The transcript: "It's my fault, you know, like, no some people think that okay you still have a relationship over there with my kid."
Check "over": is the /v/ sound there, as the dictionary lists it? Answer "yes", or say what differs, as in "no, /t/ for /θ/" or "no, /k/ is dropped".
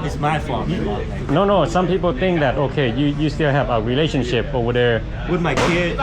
no, /v/ is dropped